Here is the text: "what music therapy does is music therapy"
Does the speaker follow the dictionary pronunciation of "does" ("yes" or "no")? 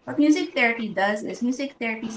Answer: yes